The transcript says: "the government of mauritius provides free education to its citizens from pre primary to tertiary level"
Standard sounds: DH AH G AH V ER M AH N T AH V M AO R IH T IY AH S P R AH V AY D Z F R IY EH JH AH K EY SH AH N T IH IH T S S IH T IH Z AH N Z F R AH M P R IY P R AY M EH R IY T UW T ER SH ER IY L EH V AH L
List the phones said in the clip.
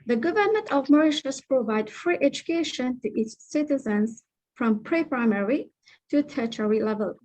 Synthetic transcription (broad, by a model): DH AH G AH V ER M AH N T AH V M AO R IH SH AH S P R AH V AY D F R IY EH JH AH K EY SH AH N T IH IH T S S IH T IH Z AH N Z F R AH M P R IY P R AY M EH R IY T UW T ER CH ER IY L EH V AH L